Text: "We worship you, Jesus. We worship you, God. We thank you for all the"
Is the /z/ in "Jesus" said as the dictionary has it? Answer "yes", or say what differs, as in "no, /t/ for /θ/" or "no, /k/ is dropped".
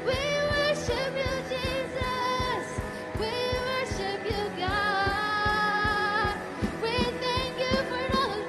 yes